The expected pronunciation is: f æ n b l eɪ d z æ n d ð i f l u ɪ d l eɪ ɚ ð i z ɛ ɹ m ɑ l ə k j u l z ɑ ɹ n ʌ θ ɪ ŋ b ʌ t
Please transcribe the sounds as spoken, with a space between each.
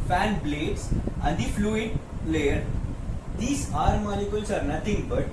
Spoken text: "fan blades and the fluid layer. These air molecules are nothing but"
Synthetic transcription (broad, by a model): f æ n b l eɪ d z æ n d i f l u ɪ d l eɪ ɚ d i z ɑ ɹ m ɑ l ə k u l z ɑ ɹ n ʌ t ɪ ŋ b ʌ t